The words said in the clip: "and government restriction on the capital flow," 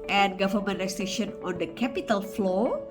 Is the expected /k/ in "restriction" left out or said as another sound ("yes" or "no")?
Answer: yes